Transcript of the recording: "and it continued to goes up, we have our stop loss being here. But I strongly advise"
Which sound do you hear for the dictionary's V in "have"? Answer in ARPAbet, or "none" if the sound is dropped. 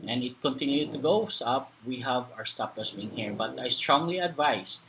V